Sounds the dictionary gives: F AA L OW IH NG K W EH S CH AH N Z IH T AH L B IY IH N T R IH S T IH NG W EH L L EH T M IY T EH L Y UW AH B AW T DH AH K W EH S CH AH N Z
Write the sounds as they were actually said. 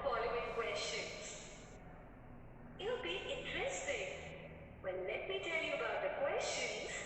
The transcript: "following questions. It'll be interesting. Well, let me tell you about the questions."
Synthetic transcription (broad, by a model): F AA L OW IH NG K W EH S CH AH N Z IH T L B IY IH N T R IH S T IH NG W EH N L EH T M IY T EH L Y UW AH B AW T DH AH K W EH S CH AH N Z